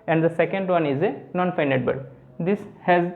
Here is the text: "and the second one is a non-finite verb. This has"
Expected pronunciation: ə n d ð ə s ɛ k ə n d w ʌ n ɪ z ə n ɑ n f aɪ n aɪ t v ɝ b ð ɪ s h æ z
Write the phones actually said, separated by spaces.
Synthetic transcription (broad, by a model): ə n d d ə s ɛ k ə n d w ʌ n ɪ z ə n ɑ n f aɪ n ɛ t b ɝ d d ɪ s h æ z